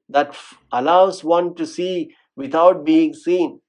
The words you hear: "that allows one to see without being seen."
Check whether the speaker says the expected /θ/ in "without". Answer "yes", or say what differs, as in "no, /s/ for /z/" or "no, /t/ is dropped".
no, /t/ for /θ/